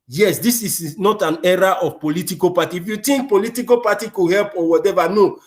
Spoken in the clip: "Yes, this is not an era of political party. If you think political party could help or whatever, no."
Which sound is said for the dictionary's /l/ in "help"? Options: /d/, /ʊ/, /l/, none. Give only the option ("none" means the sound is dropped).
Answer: /l/